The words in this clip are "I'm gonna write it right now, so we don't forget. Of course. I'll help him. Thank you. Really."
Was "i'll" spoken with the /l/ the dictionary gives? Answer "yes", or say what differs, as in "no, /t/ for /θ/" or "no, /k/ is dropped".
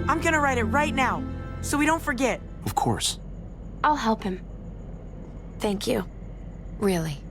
yes